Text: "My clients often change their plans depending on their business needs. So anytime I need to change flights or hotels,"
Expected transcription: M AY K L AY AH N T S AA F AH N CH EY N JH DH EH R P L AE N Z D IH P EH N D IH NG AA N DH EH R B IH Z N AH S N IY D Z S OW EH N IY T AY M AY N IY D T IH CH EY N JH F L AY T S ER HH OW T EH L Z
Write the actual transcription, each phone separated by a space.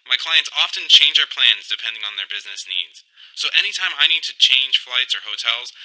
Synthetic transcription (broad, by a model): M AY K L AY AH N T S AA F AH N CH EY N JH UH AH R P L AE N Z D IH P EH N D IH NG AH N DH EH R B IH Z N AH S N IY D Z S OW EH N IY T AY M AY N IY D T IH CH EY N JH F L AY T S ER HH OW T EH L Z